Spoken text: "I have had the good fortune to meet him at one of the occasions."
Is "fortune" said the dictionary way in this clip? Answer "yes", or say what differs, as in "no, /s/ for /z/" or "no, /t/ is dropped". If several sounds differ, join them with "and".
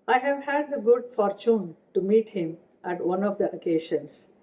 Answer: yes